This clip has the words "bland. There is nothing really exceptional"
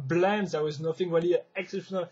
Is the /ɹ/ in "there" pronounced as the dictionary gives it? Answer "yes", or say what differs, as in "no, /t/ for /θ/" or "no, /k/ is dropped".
no, /w/ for /ɹ/